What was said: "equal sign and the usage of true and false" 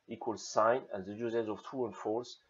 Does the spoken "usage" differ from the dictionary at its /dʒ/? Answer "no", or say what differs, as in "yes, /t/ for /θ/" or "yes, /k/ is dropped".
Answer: yes, /z/ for /dʒ/